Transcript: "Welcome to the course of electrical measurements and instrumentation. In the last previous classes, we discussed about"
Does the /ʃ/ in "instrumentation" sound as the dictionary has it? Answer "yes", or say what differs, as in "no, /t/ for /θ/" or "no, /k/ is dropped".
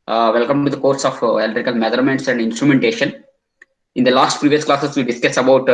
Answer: yes